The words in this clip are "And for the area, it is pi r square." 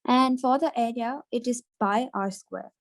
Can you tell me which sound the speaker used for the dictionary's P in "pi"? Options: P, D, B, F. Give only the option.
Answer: B